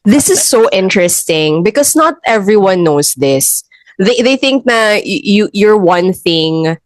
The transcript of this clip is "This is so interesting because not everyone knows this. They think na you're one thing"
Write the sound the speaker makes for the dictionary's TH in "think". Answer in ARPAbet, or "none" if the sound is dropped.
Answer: TH